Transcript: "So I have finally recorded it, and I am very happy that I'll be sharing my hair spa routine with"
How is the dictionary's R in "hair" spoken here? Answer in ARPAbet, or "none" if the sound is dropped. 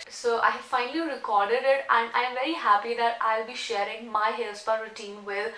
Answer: L